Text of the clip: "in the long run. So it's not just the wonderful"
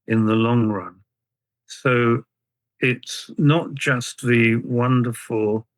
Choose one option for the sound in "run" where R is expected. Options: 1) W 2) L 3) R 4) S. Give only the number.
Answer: 3